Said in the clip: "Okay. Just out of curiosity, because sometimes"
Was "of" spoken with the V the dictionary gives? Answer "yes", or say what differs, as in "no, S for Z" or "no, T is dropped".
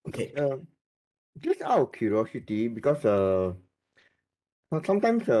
no, W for V